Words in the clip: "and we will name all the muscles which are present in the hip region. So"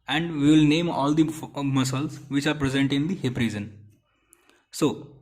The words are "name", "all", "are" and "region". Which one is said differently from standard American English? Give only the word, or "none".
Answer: region